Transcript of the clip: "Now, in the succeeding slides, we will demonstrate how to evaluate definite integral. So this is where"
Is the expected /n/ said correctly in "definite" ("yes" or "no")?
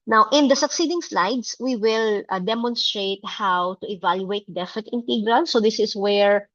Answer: no